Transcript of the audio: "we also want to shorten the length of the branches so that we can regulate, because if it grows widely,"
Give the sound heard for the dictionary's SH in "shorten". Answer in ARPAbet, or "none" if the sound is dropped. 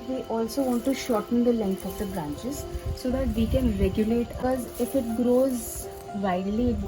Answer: SH